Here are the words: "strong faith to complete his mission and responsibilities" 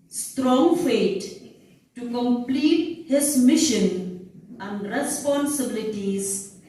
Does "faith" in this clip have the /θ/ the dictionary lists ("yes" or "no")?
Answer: no